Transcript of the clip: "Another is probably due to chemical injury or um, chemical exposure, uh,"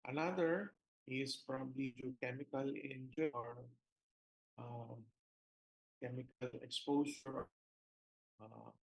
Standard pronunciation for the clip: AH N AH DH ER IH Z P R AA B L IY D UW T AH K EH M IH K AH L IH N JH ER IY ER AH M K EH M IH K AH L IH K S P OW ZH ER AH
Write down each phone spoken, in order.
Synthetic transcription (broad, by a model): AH N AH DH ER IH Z F R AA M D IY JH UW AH K EH M IH K AH L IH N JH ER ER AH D K EH M IH K AH L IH K S P OW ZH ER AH